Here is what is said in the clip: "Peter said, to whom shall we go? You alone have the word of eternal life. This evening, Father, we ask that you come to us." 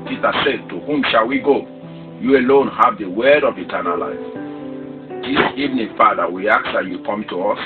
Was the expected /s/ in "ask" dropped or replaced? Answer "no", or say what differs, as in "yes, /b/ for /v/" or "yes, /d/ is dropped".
yes, /s/ is dropped